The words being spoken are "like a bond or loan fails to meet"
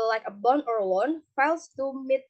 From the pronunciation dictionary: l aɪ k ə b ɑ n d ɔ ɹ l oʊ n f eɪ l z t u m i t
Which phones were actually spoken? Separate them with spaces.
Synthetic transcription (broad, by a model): l aɪ k ə b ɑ n ɔ ɹ w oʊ n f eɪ l s t u m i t